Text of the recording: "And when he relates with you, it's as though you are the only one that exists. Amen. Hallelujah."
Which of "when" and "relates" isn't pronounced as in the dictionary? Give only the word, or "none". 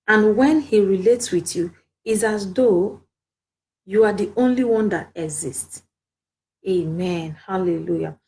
none